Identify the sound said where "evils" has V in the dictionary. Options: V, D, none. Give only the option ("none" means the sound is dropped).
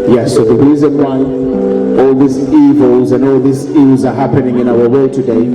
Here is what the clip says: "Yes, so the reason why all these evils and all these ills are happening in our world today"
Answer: V